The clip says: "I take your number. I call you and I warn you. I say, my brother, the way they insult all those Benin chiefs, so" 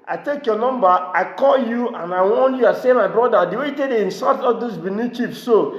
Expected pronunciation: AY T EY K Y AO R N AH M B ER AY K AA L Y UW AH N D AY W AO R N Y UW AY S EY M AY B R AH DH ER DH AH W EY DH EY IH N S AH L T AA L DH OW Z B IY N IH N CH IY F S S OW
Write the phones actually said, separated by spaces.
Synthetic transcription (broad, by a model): AY T EY K Y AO N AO M B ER AY K AA L Y UW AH N AY W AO N Y UW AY S EY M AY B R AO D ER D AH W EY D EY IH N S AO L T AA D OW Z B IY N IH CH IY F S S OW